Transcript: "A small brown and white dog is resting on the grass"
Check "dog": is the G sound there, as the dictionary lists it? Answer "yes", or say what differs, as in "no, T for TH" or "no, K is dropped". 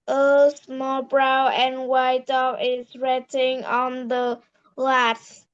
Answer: no, G is dropped